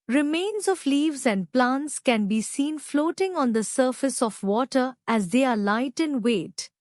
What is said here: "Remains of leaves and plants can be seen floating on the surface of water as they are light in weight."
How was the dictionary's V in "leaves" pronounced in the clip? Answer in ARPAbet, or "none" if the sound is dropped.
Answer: V